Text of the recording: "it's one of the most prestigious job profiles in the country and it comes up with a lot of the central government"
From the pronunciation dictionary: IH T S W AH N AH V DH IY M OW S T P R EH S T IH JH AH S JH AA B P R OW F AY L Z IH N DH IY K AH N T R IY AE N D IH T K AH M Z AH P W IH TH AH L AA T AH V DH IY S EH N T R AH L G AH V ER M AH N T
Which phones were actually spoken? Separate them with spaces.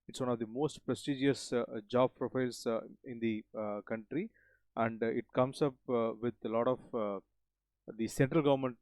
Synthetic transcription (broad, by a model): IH T S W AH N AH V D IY M OW S T P R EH S T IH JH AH S JH AA B P R OW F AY L S IH N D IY K AH N T R IY AE N D IH T K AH M S AH P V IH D AH L AA T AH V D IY S EH N T R AH L G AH V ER M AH N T